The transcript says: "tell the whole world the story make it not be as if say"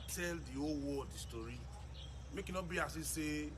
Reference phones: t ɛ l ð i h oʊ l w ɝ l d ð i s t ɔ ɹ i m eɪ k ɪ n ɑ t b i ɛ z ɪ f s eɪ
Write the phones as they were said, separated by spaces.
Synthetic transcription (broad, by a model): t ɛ l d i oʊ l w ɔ d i s t ɔ ɹ i m eɪ k ɪ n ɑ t b i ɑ s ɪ s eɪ